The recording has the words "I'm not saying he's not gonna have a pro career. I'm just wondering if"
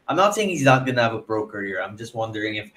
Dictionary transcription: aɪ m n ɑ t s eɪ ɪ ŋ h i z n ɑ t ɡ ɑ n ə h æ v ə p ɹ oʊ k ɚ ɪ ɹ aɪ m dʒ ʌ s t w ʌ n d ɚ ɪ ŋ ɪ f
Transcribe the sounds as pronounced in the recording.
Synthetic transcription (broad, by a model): aɪ m n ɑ t s eɪ ɪ ŋ h i z n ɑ t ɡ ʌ n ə v ə b ɹ oʊ k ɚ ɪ ɹ aɪ m dʒ ʌ s t w ʌ n d ɚ ɪ ŋ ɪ f